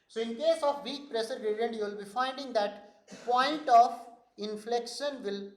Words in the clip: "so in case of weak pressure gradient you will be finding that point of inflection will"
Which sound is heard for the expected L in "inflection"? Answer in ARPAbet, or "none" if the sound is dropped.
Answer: L